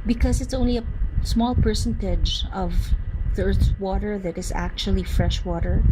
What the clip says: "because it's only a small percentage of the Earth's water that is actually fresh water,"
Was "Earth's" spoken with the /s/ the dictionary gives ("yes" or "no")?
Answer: no